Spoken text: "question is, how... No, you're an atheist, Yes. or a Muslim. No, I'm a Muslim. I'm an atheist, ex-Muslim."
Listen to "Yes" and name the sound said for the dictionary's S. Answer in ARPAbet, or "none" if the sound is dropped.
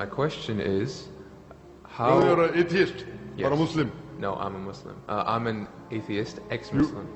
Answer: none